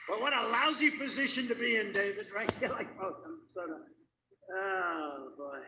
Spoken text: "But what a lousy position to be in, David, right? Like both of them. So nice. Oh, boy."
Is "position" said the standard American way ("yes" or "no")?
yes